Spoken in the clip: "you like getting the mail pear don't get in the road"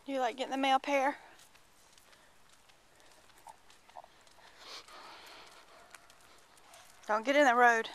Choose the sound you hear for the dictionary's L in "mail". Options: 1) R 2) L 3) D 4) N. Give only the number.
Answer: 2